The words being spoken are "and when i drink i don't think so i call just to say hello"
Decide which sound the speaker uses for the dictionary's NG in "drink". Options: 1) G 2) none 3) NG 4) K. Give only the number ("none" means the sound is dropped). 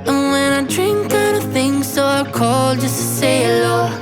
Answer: 3